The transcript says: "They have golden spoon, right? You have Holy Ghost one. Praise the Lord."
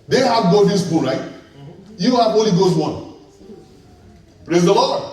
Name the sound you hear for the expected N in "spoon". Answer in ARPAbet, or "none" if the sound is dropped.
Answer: L